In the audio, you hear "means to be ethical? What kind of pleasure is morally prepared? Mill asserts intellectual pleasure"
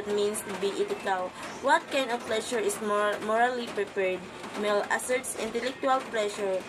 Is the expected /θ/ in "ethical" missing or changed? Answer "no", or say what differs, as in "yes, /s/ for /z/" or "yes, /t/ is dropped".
yes, /t/ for /θ/